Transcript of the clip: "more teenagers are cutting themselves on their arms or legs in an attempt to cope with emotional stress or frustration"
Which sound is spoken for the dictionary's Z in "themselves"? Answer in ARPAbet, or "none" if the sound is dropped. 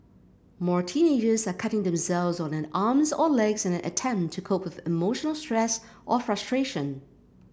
Z